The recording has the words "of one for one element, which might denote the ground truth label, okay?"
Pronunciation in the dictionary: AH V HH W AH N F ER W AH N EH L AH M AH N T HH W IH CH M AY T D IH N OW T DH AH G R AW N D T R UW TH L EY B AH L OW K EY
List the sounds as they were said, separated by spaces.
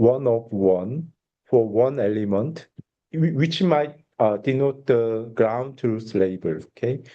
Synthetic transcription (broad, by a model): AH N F W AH N F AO W AH N EH L AH M AH N T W W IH CH M AY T D IH N OW T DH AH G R AW N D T UW S L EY B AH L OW K EY